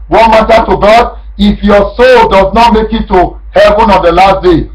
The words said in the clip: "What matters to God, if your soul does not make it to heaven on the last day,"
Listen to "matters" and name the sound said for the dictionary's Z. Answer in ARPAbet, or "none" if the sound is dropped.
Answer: none